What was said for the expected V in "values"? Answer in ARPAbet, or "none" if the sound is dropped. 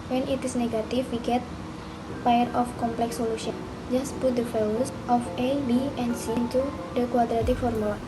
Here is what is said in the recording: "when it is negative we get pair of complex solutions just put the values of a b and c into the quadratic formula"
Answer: F